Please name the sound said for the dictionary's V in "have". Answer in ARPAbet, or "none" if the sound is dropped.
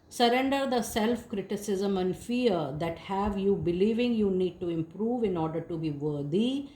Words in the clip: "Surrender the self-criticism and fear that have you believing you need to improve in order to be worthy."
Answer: V